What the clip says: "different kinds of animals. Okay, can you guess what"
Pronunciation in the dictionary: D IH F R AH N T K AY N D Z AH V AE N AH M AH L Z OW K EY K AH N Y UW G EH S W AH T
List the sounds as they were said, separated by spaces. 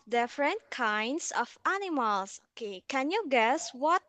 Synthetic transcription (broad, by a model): D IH F R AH N T K AY N D S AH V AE N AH M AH L S OW K EY K AH N Y UW G EH S W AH T